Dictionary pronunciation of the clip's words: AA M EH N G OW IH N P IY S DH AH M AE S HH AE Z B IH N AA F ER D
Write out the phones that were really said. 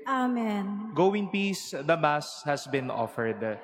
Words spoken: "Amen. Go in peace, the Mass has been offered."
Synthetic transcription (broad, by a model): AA M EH N G OW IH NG P IY S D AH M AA S HH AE S B IH N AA F ER D